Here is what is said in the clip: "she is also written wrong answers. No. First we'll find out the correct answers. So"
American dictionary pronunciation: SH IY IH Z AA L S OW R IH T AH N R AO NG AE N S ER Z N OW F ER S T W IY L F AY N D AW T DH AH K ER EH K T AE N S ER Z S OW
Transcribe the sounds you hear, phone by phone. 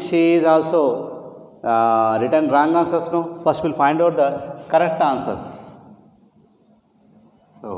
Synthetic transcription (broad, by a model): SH IY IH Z AA L S OW R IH T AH N R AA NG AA N S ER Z N OW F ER S T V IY L F AY N D AW T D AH K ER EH K T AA N S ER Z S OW